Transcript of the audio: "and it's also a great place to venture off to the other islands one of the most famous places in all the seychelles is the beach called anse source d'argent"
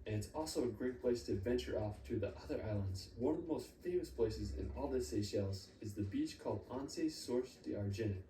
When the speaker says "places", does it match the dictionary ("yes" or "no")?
yes